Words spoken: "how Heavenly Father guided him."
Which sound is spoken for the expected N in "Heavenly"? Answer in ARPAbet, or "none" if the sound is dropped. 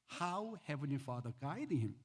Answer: N